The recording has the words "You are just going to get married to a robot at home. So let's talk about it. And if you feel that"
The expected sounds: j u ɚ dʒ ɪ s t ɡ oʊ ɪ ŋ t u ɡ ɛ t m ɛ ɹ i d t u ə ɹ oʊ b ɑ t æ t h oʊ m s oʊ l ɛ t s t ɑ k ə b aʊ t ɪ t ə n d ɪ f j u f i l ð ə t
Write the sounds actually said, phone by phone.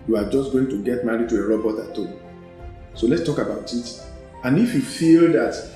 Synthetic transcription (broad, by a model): j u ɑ dʒ ɪ s t ɡ oʊ ɪ ŋ t u ɡ ɛ t m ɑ ɹ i d t u ə ɹ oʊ b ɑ t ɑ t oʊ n s oʊ l ɛ t s t ɑ k ə b aʊ t ɪ t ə n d ɪ f j u f i l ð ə t